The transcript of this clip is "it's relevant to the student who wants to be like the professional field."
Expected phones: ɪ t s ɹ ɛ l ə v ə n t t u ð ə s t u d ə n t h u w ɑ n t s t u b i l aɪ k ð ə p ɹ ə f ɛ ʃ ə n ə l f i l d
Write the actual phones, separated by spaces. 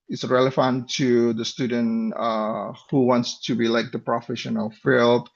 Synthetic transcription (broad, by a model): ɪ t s ɹ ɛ l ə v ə n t t u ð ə s t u d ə n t h u w ɑ n t s t u b i l aɪ k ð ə p ɹ ə f ɛ ʃ ə n ə l f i l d